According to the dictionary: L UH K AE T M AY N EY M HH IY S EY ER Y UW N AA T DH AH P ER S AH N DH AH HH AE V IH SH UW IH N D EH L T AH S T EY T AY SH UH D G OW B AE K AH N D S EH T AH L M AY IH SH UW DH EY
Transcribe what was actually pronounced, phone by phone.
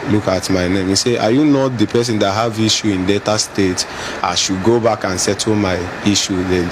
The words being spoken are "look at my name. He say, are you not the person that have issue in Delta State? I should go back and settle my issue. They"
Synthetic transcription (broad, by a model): L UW K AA T M AY N EY M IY S EY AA Y UW N AA T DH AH P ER S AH N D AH HH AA V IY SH UW IH N D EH T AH S T EY T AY SH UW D G OW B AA K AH N S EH T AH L M AY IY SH UW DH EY